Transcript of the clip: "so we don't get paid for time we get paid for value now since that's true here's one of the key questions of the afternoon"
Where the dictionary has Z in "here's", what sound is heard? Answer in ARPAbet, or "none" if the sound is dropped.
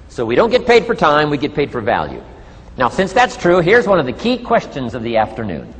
Z